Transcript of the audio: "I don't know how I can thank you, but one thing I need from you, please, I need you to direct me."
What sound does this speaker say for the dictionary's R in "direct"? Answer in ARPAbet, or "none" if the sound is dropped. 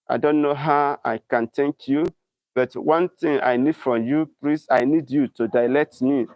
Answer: L